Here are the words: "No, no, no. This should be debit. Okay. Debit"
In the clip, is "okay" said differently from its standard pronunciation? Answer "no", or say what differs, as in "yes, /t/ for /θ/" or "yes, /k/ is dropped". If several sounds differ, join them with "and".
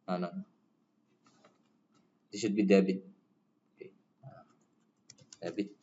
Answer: yes, /k/ is dropped